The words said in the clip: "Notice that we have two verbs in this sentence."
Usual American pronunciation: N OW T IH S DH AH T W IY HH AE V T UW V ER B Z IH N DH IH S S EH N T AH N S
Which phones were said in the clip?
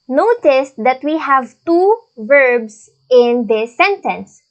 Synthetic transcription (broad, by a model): N OW T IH S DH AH T W IY HH AE V T UW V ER B S IH N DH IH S S EH N T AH N S